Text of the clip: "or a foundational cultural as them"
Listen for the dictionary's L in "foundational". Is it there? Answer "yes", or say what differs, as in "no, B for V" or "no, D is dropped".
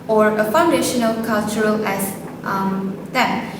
yes